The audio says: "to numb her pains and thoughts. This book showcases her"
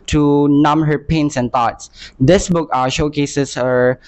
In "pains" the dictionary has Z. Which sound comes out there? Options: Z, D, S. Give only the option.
S